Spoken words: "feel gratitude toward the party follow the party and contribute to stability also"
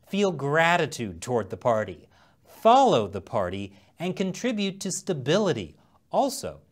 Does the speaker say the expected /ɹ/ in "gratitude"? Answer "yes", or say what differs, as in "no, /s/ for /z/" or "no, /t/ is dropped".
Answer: yes